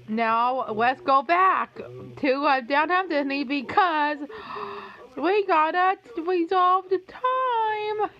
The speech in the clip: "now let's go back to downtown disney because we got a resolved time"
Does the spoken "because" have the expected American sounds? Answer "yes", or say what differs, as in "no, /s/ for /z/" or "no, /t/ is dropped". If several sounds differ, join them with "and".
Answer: yes